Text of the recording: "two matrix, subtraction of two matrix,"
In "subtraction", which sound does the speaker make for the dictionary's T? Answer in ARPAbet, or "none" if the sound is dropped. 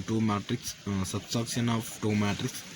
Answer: S